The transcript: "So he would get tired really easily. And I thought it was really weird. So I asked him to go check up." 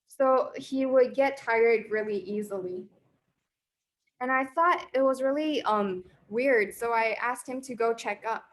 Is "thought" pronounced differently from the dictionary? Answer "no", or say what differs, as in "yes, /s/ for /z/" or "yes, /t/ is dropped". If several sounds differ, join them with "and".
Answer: no